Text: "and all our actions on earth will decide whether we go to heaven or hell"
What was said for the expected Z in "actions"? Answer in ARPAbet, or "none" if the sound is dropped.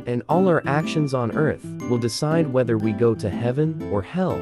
Z